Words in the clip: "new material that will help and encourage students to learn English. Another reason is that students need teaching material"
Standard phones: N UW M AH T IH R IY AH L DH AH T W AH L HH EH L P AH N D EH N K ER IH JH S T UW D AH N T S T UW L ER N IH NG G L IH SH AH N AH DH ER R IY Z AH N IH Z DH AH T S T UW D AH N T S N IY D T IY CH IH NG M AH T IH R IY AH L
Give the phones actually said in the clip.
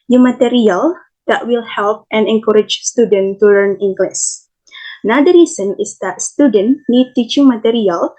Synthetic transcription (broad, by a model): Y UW M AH T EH R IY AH L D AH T W AH L HH EH L P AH N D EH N K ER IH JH S T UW D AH N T T UW L ER N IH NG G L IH S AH N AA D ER R IY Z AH N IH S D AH T S T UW D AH N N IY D T IY CH IH NG M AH T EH R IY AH L